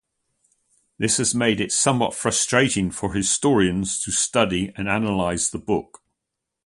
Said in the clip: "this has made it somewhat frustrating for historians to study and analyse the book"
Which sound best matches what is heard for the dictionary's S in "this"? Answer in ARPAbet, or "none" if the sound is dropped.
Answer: S